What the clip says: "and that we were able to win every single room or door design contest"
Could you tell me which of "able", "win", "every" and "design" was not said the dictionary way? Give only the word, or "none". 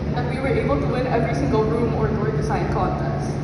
design